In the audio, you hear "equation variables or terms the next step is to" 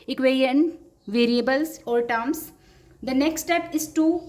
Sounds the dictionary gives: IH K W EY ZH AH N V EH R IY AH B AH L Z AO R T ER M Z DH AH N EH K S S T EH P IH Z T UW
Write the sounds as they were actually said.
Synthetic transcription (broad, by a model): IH K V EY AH N V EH R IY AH B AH L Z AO L T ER M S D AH N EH K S S T EH P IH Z T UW